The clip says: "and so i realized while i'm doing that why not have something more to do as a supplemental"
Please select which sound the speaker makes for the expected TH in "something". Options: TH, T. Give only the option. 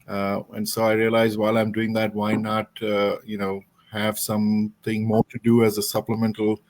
T